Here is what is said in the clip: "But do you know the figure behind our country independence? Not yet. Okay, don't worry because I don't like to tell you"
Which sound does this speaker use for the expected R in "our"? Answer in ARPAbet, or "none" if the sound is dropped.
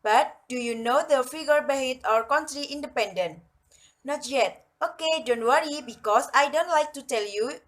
R